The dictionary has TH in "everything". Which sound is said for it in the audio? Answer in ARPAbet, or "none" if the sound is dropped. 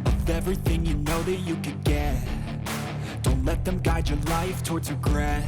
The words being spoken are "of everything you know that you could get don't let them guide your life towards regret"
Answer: TH